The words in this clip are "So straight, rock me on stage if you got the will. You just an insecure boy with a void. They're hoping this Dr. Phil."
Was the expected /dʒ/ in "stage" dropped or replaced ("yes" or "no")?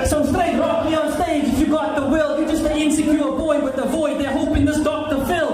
yes